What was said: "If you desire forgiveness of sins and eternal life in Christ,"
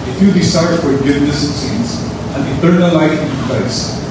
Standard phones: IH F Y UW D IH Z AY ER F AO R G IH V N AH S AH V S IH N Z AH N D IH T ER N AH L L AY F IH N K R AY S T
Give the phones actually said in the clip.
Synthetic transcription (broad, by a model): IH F Y UW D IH S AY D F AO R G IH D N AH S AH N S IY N S AH N D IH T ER N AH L L AY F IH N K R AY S